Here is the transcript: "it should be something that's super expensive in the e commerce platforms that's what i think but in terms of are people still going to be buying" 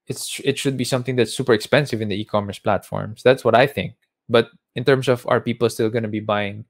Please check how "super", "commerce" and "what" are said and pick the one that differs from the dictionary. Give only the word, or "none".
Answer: none